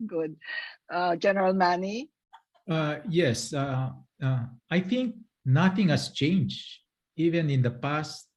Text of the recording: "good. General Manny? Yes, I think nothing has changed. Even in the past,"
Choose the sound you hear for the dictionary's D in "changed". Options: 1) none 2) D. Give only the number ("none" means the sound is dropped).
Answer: 1